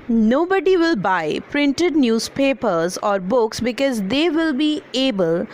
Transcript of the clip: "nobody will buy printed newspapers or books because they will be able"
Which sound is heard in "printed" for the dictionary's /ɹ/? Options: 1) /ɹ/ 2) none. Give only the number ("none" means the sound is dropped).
1